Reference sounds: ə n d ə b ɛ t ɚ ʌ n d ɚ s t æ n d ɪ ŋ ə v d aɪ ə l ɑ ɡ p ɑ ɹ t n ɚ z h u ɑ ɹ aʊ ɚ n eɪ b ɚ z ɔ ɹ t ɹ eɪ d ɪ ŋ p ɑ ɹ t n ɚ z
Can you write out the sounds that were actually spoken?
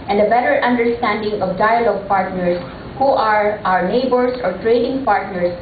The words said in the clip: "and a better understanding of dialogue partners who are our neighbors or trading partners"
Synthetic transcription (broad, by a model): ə n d ə b ɛ t ɚ ʌ n d ɚ s t æ n d ɪ ŋ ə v d aɪ ə l ɑ ɡ p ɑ ɹ t n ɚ s h u ɑ ɹ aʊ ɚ n eɪ b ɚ s ɔ ɹ t ɹ eɪ d ɪ ŋ p ɑ ɹ t n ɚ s